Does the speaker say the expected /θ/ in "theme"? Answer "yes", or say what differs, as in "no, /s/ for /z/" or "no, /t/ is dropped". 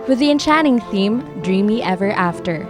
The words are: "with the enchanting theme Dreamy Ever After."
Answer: yes